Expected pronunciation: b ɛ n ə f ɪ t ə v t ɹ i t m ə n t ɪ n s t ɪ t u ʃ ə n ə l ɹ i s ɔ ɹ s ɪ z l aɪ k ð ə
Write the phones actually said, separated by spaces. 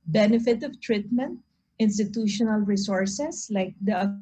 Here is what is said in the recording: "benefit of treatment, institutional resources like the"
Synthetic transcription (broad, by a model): b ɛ n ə f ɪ t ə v t ɹ i t m ə n t ɪ n s t ɪ t u ʃ ə n ə l ɹ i s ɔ ɹ s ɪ s l aɪ k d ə